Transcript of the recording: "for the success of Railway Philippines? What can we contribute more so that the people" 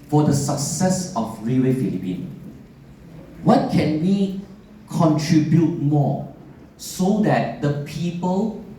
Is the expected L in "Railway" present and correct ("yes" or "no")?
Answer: no